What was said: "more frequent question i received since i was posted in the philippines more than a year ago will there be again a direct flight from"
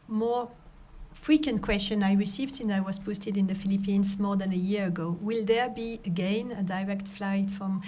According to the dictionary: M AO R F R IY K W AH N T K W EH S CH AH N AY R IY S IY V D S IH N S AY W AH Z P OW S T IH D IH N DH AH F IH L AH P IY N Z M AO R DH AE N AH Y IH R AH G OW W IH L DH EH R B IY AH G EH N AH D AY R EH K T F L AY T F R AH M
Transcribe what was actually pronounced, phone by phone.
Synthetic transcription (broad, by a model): M AO R F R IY K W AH N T K W EH S CH AH N AY R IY S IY V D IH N AY W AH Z P OW S T IH D IH N DH AH F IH L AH P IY N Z M AO R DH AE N AH Y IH R AH G OW W IH L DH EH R B IY AH G EH N AH D AY R EH K T F L AY T F R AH M